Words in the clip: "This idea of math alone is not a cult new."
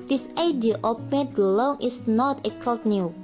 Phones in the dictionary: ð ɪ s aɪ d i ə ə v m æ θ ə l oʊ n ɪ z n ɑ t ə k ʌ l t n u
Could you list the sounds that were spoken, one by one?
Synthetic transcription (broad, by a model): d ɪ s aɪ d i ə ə p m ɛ t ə l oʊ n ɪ s n ɑ t ə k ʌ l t n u